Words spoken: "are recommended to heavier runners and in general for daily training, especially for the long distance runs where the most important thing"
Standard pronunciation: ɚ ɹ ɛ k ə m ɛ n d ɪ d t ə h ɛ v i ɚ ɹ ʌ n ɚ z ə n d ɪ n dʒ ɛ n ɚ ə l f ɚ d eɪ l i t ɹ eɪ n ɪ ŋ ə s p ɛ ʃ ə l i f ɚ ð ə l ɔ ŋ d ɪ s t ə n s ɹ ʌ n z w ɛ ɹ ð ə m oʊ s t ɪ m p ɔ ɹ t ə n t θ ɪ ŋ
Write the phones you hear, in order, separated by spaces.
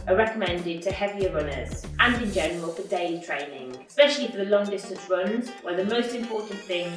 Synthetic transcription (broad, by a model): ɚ ɹ ɛ k ə m ɛ n d ɪ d t ə h ɛ v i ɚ ɹ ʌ n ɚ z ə n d ɪ n dʒ ɛ n ɚ ə l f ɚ d eɪ l i t ɹ eɪ n ɪ ŋ ə s p ɛ ʃ ə l i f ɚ ð ə l ɔ ŋ d ɪ s t ə n s ɹ ʌ n z w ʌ ð ə m oʊ s t ɪ m p ɔ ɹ t n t θ ɪ ŋ